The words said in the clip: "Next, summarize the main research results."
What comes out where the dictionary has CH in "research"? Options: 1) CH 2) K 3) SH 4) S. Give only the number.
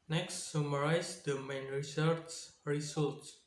4